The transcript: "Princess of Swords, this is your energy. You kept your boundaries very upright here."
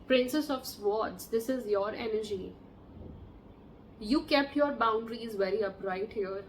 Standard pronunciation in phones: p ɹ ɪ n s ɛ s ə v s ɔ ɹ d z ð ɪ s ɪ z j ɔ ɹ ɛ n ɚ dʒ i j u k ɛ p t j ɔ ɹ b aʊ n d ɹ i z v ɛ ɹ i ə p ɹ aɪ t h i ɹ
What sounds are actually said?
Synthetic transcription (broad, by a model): p ɹ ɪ n s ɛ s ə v s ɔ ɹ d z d ɪ s ɪ z j ɔ ɹ ɛ n ɚ dʒ i j u k ɛ p t j ɔ ɹ b aʊ n d ɹ i z v ɛ ɹ i ə p ɹ aɪ t h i ɹ